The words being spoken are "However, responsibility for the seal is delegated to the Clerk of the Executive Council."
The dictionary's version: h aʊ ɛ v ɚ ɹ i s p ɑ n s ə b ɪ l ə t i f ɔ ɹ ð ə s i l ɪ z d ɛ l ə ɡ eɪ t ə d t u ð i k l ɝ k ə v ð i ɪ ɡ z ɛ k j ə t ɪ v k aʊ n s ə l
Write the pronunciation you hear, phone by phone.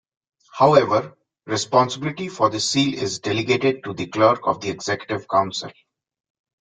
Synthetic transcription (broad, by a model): h aʊ ɛ v ɚ ɹ i s p ɑ n s ə b ɪ l ə t i f ɔ ɹ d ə s i l ɪ z d ɛ l ə ɡ eɪ t ə d t u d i k l ɝ k ə v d i ɪ ɡ z ɛ k j ə t ɪ v k aʊ n s ə l